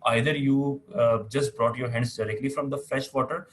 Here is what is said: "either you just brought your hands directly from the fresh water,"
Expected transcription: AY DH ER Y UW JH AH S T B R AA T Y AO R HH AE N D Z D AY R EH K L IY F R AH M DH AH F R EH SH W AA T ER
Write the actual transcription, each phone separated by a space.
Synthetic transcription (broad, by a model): AY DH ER Y UW JH AH S T B R AA T Y AO R HH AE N D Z D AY R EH K L IY F R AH M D AH F L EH SH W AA T ER